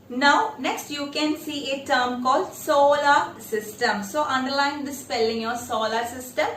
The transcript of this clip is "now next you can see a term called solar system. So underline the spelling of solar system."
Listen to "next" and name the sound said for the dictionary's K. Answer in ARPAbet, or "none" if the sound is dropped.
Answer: K